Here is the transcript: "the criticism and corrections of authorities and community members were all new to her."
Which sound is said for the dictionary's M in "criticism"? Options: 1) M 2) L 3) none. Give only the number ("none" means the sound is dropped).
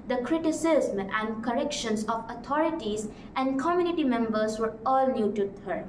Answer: 3